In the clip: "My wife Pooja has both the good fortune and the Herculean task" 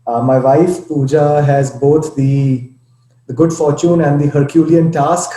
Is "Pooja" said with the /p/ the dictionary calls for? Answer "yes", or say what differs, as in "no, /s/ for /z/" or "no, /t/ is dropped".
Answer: yes